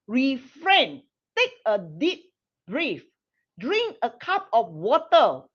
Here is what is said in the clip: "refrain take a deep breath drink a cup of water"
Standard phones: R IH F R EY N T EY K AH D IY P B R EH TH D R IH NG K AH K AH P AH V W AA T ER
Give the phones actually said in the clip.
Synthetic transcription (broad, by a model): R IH F R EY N T EY K AH D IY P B R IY F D R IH NG K AH K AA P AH F W AA T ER